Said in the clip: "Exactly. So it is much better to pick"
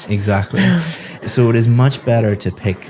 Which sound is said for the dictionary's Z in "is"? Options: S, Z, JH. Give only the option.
Z